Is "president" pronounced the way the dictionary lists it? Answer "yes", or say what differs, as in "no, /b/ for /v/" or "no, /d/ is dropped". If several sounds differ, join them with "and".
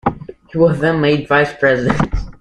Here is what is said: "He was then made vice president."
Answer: yes